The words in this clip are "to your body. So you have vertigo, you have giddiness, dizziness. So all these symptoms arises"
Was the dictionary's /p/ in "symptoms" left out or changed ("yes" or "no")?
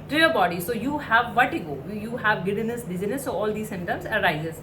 yes